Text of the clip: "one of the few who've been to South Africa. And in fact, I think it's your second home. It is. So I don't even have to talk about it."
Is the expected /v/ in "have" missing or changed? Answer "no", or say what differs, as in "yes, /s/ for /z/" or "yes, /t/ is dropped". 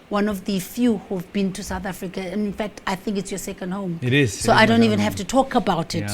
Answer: yes, /f/ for /v/